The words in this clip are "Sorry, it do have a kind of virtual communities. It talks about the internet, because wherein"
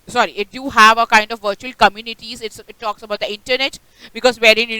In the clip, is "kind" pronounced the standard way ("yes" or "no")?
yes